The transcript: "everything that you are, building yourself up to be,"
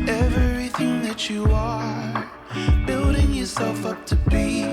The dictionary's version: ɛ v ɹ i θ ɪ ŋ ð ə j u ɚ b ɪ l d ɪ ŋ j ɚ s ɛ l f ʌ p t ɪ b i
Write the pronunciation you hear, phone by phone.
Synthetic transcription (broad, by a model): ɛ v ɹ i θ ɪ ŋ ð ə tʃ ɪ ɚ b ɪ l d ɪ ŋ j ɚ s ɛ l f ʌ p t ɪ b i